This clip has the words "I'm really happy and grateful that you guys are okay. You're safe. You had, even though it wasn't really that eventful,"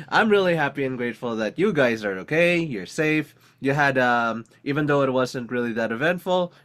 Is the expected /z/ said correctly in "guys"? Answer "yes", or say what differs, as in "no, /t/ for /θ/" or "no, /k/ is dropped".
yes